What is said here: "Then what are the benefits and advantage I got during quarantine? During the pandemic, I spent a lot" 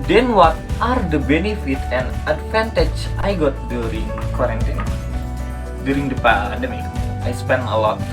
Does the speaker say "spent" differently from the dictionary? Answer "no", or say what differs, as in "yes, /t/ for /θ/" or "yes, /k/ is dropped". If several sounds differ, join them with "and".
yes, /t/ is dropped